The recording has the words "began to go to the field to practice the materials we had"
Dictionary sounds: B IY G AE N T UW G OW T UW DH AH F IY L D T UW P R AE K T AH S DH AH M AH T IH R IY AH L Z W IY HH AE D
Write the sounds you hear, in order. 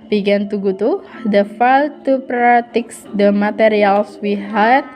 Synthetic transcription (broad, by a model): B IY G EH N T UW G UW T UW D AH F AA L T UW P R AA T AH S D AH M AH T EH R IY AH L S W IY HH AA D